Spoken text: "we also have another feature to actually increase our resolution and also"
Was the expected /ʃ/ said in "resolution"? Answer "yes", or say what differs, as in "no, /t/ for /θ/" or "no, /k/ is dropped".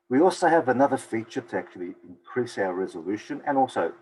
yes